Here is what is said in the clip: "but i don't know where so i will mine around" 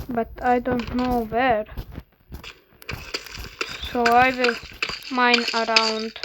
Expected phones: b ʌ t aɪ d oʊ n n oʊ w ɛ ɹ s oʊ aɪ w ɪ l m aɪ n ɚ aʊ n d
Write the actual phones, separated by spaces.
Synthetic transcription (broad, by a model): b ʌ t aɪ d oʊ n n oʊ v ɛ ɹ s oʊ aɪ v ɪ l m aɪ n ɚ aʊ n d